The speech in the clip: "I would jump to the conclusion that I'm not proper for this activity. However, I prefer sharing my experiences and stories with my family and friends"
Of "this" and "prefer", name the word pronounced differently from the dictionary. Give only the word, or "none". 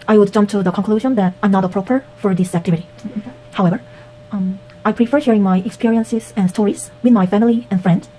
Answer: none